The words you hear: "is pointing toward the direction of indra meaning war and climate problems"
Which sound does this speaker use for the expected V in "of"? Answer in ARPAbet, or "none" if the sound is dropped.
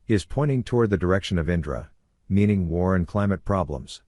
V